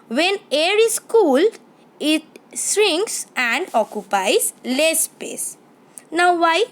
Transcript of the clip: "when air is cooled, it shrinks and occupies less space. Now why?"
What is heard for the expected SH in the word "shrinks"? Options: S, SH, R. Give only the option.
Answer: S